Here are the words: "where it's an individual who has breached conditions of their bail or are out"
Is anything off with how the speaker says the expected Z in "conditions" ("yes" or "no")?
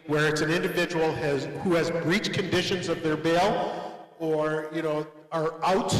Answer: no